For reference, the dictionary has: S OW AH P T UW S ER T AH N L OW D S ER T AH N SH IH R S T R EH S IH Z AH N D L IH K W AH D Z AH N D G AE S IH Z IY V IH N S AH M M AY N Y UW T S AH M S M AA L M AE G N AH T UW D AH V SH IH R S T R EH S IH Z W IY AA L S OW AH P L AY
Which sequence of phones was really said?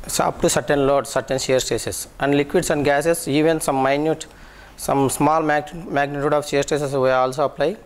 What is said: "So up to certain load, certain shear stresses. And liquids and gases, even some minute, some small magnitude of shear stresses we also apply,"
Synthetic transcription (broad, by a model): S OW AH P T UW S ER T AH N L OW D S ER T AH N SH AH R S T EH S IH S AH N D L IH K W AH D S AH N D G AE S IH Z IY V IH N S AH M M AY N Y UW T S AH M S M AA L M AE G N AH T UW D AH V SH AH R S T EH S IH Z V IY AA L S OW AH P L AY